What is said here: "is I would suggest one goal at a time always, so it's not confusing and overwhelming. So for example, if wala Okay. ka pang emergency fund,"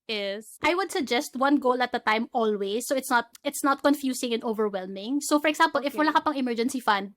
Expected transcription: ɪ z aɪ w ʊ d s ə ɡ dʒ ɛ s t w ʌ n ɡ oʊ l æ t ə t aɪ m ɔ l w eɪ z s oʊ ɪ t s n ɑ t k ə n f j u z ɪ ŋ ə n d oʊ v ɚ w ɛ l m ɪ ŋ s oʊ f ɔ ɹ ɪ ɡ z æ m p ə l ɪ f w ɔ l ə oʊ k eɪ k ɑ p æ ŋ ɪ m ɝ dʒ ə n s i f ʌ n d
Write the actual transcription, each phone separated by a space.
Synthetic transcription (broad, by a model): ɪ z aɪ w ʊ d s ə ɡ dʒ ɛ s t w ʌ n ɡ oʊ l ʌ t ə t aɪ m ɔ l w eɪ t s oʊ ɪ t s n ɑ t k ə n f j u s ɪ ŋ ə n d oʊ v ɚ w ɛ l m ɪ ŋ s oʊ f ɔ ɹ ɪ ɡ s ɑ m p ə l ɪ f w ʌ l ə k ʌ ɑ p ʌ ŋ ɪ m ɝ dʒ ə n s i f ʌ n d